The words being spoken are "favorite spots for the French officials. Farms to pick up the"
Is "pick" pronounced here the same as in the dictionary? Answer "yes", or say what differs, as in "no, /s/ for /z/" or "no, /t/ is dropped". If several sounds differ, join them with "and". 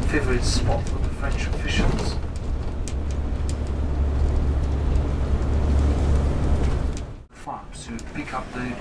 yes